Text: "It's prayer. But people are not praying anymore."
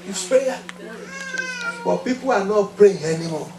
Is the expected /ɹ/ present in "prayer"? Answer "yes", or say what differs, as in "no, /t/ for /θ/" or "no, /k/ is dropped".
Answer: no, /ɹ/ is dropped